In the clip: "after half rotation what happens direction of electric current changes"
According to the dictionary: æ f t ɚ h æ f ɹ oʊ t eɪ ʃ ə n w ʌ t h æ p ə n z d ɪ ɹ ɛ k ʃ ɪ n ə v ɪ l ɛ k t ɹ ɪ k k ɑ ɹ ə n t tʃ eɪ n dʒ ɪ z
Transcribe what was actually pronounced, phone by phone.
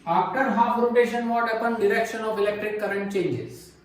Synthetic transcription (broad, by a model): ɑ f t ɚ h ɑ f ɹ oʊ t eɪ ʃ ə n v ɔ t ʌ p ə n d ɪ ɹ ɛ k ʃ ɪ n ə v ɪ l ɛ k t ɹ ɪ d k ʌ ɹ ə n t tʃ eɪ n dʒ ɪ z